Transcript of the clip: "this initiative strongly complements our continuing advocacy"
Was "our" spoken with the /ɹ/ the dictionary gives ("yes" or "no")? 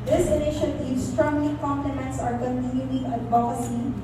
yes